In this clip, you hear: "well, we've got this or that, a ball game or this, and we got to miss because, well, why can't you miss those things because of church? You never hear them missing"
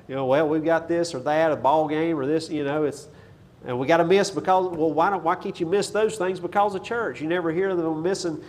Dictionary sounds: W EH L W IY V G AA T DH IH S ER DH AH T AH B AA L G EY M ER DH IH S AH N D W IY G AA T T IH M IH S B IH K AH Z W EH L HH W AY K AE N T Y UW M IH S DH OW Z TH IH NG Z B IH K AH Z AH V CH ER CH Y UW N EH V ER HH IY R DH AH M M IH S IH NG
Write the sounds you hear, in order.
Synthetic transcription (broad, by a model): W EH L W IY V G AA T DH IH S ER DH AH T AH B AA L G EY M ER DH IH S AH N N W IY G AA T T IH M IH S B IH K AH Z W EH L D W AY K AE N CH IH M IH S DH OW Z TH IH NG Z B IH K AH Z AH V CH ER CH Y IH N EH V ER HH IY R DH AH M M IH S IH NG